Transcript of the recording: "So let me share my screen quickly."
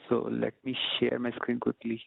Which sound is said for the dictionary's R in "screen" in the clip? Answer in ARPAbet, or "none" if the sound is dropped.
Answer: R